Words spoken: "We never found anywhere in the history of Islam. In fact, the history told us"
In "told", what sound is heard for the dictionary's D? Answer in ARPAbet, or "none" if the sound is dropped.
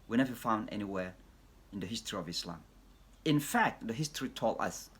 none